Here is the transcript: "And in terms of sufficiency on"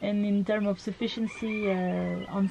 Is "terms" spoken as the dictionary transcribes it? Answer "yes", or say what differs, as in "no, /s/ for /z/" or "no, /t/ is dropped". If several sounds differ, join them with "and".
no, /z/ is dropped